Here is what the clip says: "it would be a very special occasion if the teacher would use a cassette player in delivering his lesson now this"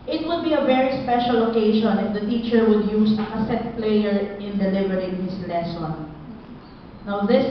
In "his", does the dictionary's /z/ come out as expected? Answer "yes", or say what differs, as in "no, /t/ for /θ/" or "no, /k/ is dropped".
no, /s/ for /z/